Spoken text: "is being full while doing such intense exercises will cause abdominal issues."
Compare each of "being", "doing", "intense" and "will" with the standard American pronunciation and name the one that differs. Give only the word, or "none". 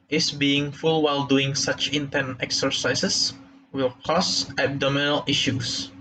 intense